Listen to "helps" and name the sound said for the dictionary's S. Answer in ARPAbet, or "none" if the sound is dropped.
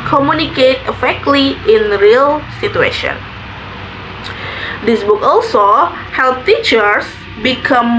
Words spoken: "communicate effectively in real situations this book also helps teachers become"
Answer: none